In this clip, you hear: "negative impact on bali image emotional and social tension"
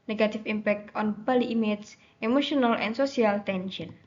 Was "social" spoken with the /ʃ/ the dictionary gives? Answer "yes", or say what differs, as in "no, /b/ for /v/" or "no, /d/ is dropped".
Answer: no, /s/ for /ʃ/